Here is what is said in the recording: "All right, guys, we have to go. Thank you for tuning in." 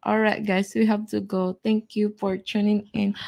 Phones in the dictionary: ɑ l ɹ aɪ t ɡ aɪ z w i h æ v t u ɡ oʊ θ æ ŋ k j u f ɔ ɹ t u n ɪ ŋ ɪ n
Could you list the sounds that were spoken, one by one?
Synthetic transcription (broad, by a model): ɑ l ɹ aɪ t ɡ aɪ s w i h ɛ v t u ɡ oʊ t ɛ ŋ k j u f ɔ ɹ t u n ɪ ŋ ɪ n